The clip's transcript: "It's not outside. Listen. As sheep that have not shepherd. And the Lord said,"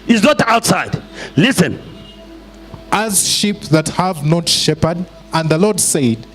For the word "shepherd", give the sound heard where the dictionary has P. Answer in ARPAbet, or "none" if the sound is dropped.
P